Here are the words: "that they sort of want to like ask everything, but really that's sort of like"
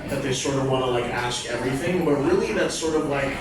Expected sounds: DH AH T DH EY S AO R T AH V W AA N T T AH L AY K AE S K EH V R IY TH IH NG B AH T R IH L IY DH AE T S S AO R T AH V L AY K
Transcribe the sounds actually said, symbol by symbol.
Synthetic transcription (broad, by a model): DH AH T DH EY S AO R T AH V W AA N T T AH L AY K AE S K EH V R IY TH IH NG B AH T R IH L IY DH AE T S S AO R T AH V L AY K